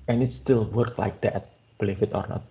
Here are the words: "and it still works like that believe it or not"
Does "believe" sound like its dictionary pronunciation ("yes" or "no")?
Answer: no